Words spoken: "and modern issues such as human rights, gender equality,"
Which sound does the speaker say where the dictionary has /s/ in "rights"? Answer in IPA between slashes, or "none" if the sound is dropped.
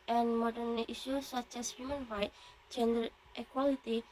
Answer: none